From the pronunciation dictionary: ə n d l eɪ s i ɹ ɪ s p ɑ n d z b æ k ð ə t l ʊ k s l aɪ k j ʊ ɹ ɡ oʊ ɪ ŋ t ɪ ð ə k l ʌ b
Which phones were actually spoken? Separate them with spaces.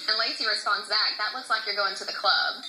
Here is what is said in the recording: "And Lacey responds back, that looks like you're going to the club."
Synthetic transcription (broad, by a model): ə l eɪ s i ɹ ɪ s ɑ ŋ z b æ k ð ə t w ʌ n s l aɪ k j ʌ ɹ ɡ oʊ ɪ ŋ t ɪ ð ə k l ʌ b